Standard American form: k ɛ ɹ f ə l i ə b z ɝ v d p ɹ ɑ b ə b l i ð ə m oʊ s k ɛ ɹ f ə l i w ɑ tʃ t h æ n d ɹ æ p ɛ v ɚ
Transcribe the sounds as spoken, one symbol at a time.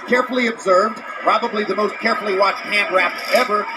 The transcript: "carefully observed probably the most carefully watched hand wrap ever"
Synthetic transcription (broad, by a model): k ɛ ɹ f l i ə b z ɝ v d p ɹ ɑ b ə b l i ð ə m oʊ s k ɛ ɹ f l i w ɑ tʃ t h æ n d ɹ æ p ɛ v ɚ